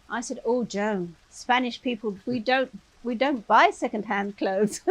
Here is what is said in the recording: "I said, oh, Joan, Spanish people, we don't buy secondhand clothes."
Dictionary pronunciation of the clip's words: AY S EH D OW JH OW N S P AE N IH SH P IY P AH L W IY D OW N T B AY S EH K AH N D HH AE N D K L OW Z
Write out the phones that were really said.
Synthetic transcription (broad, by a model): AY S EH D OW JH OW N S P AE N IH SH P IY P AH L W IY D OW N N B AY S EH K AH N D HH AE N D K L OW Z